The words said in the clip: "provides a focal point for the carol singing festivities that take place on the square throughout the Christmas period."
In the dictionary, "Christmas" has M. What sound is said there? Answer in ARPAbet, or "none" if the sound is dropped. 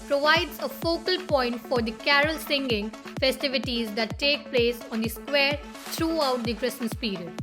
none